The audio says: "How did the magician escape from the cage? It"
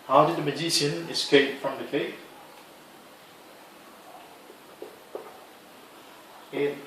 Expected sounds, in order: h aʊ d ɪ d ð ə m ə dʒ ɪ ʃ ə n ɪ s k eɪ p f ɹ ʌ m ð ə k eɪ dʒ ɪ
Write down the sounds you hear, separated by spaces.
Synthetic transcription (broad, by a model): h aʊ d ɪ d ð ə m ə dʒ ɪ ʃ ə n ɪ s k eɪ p f ɹ ʌ m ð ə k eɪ ɪ